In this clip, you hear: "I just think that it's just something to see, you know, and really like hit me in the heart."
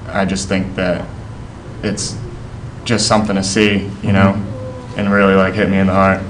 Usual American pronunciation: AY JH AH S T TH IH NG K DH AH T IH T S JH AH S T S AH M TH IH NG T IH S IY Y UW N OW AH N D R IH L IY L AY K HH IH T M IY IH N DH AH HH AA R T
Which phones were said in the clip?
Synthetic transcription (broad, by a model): AY JH AH S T TH IH NG K DH AH T IH T S JH AH S T S AH M TH IH NG T IH S IY Y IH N OW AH N R IH L IY L AY K HH IH T M IY IH N DH AH HH AA R T